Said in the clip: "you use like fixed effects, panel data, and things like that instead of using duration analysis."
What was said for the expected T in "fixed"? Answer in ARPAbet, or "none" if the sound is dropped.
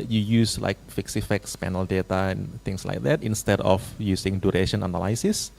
none